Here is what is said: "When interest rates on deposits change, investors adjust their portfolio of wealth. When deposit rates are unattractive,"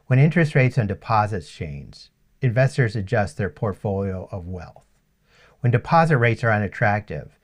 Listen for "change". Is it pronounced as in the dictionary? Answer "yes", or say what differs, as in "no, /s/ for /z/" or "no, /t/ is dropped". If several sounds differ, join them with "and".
no, /z/ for /dʒ/